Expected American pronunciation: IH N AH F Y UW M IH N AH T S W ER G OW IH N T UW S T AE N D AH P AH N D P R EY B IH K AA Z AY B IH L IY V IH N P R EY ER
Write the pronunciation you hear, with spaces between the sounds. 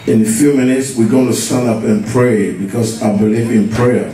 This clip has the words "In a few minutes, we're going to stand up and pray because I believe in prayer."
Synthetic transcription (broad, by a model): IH N AH F Y UW M IH N AH T S W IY G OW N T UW S T AE N D AH P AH N P R EY B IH K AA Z AY B IH L IY V IH N P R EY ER